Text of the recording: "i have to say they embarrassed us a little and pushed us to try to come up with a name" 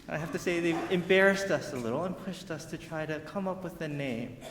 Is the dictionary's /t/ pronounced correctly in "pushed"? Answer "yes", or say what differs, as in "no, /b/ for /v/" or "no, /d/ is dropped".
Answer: yes